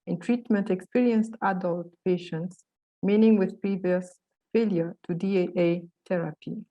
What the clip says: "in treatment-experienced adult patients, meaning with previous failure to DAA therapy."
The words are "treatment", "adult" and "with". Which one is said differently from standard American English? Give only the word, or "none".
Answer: none